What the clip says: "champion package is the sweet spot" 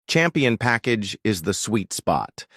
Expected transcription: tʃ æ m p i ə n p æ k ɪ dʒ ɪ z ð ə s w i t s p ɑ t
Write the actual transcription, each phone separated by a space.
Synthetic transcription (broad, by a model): tʃ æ m p i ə n p æ k ɪ dʒ ɪ z ð ə s w i t s p ɑ t